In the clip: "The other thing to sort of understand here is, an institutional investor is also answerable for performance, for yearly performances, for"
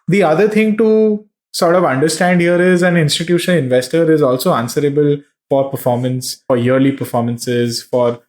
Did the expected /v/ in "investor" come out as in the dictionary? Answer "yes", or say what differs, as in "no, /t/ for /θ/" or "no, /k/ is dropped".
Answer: yes